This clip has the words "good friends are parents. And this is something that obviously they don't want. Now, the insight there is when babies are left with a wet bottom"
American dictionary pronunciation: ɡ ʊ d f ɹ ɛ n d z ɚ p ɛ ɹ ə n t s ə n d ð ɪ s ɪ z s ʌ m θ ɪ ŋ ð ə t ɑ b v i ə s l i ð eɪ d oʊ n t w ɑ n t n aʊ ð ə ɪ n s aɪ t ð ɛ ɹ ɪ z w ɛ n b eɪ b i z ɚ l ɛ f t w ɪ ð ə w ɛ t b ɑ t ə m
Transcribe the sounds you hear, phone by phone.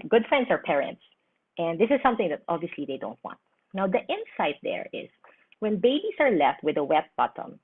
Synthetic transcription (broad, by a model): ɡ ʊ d f ɹ ɛ n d s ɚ p ɛ ɹ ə n t s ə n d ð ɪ s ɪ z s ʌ m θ ɪ ŋ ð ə t ɑ b v i ə s l i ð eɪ d oʊ n t w ɑ n t n aʊ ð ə ɪ n s aɪ t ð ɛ ɹ ɪ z w ɛ n b eɪ b i s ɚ l ɛ f t w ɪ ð ə w ɛ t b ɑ t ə m